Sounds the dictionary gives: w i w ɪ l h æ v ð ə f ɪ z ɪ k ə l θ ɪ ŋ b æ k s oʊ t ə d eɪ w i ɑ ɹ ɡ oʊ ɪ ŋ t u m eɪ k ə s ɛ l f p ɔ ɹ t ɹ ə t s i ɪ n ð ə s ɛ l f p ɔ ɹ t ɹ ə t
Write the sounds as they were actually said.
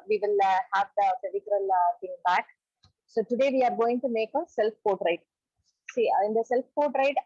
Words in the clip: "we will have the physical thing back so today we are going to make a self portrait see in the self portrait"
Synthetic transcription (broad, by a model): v i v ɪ l h æ v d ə p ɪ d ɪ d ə l t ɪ ŋ b æ k s oʊ t ə d eɪ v i ɑ ɹ ɡ oʊ ɪ ŋ t u m eɪ k ə s ɛ l f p ɔ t ɹ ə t s i ɪ n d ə s ɛ l f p ɔ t ɹ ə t